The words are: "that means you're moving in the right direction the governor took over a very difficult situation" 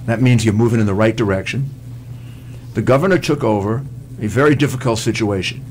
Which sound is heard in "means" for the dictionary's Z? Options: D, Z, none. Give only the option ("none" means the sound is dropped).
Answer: Z